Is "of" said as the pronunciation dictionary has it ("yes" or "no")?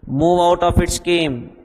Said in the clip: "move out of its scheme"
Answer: no